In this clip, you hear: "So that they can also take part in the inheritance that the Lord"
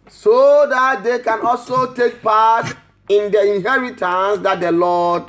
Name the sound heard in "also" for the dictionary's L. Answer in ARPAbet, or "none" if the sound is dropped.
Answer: L